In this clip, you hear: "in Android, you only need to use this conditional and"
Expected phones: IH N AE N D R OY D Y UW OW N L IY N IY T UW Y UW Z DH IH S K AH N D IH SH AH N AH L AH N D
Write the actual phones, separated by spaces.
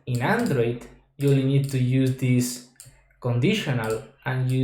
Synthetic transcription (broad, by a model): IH N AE N D R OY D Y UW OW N IY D T UW Y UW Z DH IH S K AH N D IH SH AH N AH L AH N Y